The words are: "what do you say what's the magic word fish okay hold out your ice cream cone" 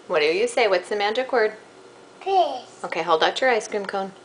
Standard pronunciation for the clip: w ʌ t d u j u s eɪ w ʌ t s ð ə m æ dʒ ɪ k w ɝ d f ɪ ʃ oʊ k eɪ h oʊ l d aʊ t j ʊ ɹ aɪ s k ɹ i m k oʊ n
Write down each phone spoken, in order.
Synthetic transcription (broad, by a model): w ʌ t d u j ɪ s eɪ w ʌ t s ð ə m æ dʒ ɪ k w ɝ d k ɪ oʊ k eɪ h oʊ l d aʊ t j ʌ ɹ aɪ s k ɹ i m k oʊ n